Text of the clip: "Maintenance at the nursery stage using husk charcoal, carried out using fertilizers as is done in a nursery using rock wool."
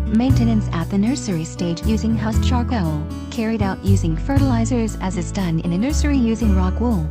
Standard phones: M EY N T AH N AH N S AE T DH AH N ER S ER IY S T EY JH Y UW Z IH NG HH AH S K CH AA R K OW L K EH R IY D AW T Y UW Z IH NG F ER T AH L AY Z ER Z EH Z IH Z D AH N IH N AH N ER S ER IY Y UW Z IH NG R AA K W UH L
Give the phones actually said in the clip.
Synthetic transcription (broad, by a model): M EY N T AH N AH N S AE T DH AH N ER S ER IY S T EY JH Y UW Z IH NG HH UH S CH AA R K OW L K EH R IY D AW T Y UW Z IH NG F ER T AH L AY Z ER Z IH Z IH Z D AH N IH N AH N ER S ER IY Y UW Z IH NG R AA K W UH L